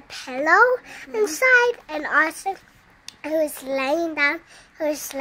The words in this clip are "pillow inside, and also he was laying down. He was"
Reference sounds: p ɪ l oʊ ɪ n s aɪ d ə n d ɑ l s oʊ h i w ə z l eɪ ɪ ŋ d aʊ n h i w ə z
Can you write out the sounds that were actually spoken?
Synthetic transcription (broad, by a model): p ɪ l oʊ ɪ n s aɪ d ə n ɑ s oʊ h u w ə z l eɪ ɪ ŋ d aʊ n h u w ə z